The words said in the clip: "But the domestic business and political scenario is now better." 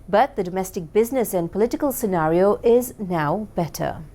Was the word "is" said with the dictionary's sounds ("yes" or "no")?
yes